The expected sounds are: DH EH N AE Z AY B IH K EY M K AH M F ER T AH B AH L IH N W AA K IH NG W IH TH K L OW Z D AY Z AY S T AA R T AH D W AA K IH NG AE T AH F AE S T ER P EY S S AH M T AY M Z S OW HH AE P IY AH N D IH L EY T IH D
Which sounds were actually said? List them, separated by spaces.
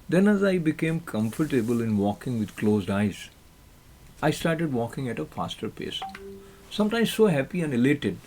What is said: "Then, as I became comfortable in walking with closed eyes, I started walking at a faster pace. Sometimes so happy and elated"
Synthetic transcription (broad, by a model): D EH N AE Z AY B IH K EY M K AH M F ER T AH B AH L IH N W AA K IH NG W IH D K L OW Z D AY Z AY S T AA R T AH D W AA K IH NG AE T AH F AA S T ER P EY S S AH M T AY M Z S OW HH AE P IY AH N D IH L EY T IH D